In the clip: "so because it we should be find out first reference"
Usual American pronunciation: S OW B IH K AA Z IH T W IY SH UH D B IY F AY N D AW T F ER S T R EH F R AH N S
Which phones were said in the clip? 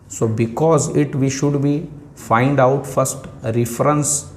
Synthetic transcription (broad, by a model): S OW B IH K AA Z IH T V IY SH UH D B IY F AY N D AW T F ER S T R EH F R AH N S